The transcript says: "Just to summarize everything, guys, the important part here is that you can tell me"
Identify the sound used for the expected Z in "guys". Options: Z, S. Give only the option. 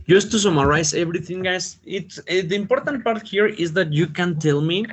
S